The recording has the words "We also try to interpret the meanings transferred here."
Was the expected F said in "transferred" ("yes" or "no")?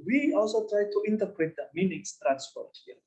no